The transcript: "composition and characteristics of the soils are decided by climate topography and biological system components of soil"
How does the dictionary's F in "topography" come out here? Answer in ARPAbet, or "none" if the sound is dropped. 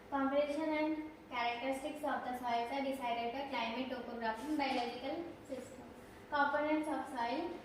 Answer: P